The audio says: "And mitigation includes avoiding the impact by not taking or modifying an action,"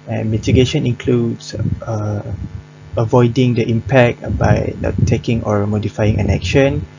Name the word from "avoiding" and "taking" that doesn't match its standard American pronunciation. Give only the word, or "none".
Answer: none